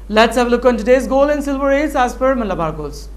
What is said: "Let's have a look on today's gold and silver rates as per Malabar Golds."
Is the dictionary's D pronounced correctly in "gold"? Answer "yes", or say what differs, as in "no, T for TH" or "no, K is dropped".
no, D is dropped